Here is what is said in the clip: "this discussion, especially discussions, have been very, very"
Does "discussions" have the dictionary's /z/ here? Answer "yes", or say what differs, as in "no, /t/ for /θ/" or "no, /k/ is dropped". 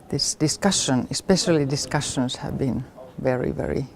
no, /s/ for /z/